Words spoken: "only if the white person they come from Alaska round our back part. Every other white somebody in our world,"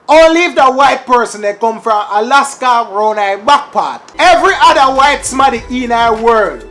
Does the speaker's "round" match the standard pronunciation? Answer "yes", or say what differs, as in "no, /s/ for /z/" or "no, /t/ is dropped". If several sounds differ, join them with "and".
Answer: no, /d/ is dropped